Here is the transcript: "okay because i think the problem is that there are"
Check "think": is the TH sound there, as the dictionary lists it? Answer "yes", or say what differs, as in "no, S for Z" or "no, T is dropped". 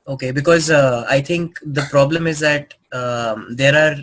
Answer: no, T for TH